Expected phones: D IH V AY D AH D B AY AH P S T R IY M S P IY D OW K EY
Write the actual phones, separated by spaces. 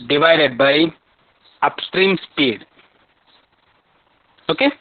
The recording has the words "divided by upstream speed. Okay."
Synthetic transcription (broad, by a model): D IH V AY D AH D B AY AH P S T R IY M S P IY D OW K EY